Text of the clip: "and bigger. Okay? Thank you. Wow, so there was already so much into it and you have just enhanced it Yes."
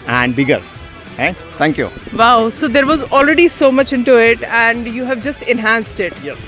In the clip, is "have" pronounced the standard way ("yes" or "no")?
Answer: yes